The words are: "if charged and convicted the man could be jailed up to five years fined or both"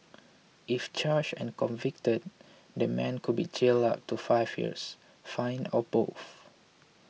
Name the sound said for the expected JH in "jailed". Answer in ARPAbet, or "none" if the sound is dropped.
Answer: CH